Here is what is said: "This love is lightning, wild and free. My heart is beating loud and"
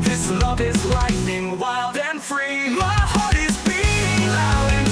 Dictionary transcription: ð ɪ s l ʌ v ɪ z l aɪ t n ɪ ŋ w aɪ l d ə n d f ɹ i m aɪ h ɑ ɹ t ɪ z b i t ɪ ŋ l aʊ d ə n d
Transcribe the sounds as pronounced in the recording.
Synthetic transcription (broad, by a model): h ɪ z l ʌ v ɪ z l aɪ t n ɪ ŋ w aɪ l d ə n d f ɹ i m aɪ h ɑ ɹ t ɪ z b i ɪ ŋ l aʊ ə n